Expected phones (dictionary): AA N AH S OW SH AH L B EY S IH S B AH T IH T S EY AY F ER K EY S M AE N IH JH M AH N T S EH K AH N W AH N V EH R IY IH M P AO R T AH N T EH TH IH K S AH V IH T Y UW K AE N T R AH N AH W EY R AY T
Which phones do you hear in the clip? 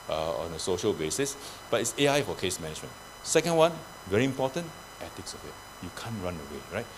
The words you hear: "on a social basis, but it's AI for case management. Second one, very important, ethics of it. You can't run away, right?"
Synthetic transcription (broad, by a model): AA N AH S OW SH AH L B EY S IH S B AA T IH T S EY AY F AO K EY S M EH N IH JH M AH N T S EH K AH N W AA N V EH R IY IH M P AO T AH N T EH T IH K S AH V IH T Y UW K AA N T R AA N AH W EY R AY T